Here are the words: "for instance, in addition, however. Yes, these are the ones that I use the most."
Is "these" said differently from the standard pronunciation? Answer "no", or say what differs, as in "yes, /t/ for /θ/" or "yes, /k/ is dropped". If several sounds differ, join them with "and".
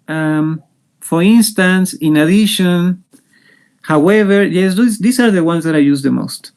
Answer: yes, /s/ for /z/